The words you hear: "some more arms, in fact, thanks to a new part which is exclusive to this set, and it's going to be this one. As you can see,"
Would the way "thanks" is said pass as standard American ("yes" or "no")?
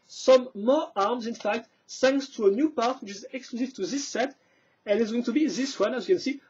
no